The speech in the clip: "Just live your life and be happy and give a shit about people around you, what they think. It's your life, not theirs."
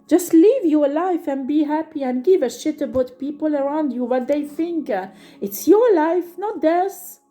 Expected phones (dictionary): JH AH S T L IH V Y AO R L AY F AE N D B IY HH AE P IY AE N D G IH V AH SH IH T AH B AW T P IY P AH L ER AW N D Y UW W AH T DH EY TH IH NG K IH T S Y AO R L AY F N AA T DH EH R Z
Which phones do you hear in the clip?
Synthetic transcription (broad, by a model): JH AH S T L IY V Y AO R L AY F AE N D B IY HH AE P IY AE N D G IH V AH SH IH T AH B AW T P IY P AH L ER AW N D Y UW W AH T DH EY TH IH NG K IH T S Y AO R L AY F N AA T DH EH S